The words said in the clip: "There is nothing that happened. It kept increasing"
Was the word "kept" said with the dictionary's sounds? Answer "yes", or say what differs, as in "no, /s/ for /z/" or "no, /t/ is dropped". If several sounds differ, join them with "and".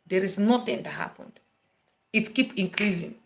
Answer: no, /t/ is dropped